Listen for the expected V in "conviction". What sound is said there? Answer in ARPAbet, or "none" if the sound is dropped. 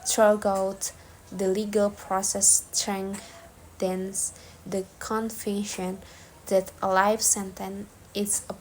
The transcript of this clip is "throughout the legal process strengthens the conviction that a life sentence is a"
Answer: F